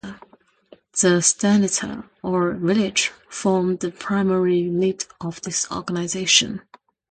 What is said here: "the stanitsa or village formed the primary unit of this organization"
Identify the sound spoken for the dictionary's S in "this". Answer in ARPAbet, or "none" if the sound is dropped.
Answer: S